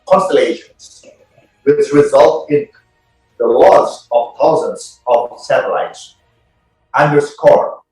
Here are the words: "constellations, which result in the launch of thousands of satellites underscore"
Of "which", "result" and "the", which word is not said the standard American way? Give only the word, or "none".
which